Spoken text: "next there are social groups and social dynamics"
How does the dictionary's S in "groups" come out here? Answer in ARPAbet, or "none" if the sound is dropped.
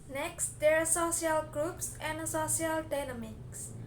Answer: S